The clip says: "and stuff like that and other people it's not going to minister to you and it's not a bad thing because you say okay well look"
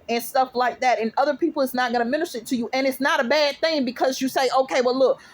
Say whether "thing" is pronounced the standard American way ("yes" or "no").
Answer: yes